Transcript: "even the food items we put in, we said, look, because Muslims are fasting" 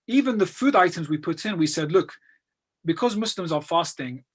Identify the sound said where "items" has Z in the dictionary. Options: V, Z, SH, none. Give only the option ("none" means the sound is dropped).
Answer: Z